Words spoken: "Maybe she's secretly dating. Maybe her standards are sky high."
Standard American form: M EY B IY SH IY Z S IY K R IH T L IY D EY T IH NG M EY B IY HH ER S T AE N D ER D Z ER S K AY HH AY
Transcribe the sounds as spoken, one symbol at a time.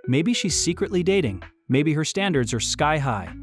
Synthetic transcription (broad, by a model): M EY B IY SH IY Z S IY K R IH T L IY D EY T IH NG M EY B IY HH ER S T AE N D ER D Z ER S K AY HH AY